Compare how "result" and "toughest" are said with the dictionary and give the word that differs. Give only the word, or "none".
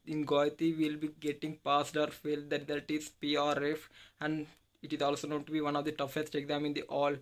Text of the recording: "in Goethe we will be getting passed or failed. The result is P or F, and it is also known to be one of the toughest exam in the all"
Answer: result